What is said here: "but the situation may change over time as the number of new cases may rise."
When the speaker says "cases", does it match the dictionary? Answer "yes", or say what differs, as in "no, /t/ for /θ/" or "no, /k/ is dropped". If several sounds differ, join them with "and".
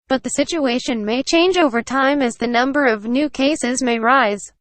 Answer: yes